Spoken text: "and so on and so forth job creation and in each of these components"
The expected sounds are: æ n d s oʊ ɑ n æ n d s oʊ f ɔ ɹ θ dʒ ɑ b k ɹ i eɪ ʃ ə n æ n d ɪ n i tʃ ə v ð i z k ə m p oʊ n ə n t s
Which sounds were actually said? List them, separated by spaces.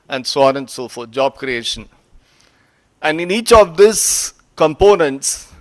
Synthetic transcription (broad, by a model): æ n d s oʊ ɑ n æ n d s oʊ f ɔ ɹ t dʒ ɑ b k ɹ i eɪ ʃ ə n æ n d ɪ n i tʃ ə v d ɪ s k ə m p oʊ n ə n t s